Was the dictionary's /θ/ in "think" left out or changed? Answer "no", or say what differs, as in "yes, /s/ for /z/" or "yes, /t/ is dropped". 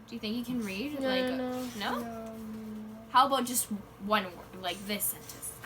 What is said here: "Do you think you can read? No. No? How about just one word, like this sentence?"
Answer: no